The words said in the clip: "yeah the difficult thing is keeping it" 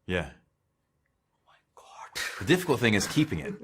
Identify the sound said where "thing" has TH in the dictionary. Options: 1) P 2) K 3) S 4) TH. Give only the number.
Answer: 4